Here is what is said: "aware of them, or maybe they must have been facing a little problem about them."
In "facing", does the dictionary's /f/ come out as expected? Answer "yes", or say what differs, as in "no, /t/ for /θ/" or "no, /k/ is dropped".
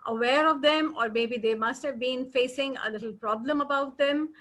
yes